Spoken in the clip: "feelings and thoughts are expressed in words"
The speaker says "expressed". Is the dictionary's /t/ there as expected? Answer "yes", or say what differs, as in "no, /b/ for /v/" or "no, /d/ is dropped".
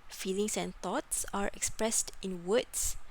yes